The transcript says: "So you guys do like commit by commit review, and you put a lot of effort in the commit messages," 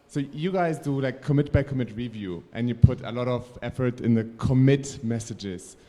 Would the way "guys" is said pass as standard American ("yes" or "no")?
yes